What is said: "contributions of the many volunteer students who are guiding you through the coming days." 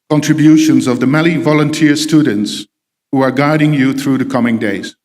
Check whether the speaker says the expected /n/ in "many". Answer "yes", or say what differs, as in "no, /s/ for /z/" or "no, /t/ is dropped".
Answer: no, /l/ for /n/